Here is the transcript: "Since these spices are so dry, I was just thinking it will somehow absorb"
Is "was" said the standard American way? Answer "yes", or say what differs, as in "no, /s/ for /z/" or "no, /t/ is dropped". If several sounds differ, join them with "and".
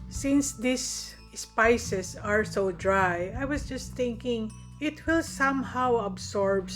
no, /s/ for /z/